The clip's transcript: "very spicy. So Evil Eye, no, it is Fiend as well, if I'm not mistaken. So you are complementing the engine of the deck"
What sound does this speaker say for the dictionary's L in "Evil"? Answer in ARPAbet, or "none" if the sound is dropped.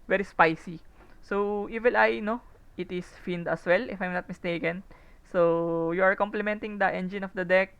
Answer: N